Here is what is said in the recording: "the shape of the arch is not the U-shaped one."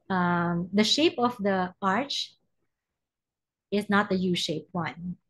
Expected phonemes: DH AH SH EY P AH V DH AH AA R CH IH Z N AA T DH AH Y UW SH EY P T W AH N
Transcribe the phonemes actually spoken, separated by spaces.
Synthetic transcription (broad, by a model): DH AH SH EY P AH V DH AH AA R CH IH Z N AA T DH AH Y UW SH EY P W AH N